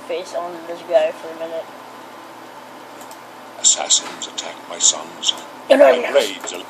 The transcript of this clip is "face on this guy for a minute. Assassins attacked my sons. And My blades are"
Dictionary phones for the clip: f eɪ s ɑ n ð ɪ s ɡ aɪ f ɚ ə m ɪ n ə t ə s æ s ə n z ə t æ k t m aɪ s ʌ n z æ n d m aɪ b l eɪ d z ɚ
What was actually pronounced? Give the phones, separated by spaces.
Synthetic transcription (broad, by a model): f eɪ s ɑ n ð ɪ s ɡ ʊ f ɚ ə m ɪ n ə t ə s æ s ə n z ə t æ k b aɪ s ʌ n z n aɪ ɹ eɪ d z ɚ